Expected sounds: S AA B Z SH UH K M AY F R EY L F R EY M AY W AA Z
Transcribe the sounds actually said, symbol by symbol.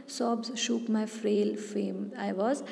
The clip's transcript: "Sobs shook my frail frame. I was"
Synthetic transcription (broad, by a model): S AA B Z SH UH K M AY F R EY L F EY M AY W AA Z